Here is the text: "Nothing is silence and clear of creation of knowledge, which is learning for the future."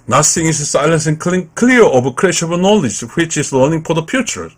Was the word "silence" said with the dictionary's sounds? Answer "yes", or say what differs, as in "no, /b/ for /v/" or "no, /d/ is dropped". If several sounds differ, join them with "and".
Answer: yes